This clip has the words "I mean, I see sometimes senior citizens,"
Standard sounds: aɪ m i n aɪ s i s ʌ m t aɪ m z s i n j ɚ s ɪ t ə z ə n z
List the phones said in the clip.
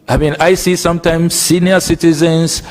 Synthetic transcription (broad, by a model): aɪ m i n aɪ s i s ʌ m t aɪ m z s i n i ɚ s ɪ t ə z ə n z